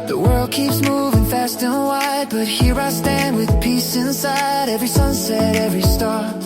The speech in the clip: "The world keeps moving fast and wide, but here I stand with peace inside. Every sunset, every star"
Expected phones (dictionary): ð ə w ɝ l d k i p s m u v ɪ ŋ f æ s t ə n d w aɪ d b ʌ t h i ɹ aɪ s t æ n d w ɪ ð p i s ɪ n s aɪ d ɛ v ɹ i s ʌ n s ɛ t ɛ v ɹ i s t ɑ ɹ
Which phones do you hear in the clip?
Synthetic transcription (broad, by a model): ð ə w ɝ l d k i p s m u v ɪ ŋ f æ s t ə n w aɪ d b ʌ t h i ɹ aɪ s t æ n d w ɪ ð p i s ɪ n s aɪ d ɛ v ɹ i s ʌ n s ɛ t ɛ v ɹ i s t ɑ ɹ